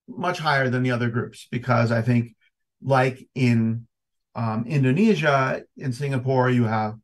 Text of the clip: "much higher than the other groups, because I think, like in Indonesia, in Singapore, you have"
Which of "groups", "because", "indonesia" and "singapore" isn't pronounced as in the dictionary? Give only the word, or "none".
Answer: none